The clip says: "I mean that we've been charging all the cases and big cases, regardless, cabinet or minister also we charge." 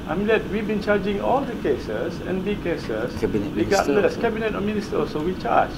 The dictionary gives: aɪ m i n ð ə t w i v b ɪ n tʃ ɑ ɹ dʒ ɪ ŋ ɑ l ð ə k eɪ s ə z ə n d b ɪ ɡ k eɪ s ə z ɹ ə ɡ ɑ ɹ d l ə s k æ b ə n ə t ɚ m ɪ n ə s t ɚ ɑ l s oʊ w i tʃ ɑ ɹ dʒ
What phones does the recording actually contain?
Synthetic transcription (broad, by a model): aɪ m i n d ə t w i v b ɪ n tʃ ɑ dʒ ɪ ŋ ɑ l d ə k eɪ s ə s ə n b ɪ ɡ k eɪ s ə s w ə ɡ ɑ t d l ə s k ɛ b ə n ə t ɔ m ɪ n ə s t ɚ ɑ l s oʊ w i tʃ ɑ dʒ